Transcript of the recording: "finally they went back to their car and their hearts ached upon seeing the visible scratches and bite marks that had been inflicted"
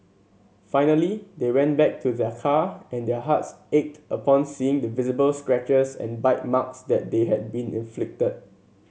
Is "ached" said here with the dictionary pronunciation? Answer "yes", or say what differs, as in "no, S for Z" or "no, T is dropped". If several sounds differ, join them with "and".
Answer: yes